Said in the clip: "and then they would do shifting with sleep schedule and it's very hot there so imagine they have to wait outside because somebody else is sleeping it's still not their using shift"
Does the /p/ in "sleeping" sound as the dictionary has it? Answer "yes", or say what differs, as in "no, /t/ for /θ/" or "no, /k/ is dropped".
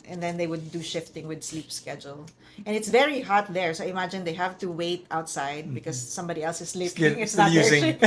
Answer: no, /f/ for /p/